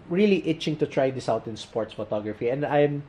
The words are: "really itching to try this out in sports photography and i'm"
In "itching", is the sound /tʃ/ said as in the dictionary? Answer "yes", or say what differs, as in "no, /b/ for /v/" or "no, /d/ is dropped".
yes